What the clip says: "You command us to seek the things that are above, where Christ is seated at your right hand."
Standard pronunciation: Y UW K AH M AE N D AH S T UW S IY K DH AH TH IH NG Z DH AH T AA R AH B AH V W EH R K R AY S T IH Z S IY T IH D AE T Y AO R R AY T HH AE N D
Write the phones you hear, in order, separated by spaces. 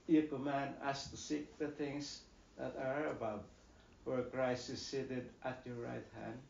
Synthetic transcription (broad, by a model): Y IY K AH M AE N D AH S T UW S IY K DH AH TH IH NG S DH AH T AA R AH B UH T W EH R K R AY S IH S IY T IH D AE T Y AO R R AY T HH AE N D